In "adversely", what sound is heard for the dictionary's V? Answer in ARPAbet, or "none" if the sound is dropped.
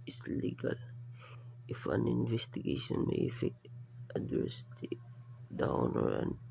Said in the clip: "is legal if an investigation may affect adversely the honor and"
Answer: none